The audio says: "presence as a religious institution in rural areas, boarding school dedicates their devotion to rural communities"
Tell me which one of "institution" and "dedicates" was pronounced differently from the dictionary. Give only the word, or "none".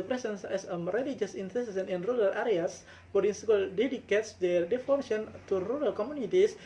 institution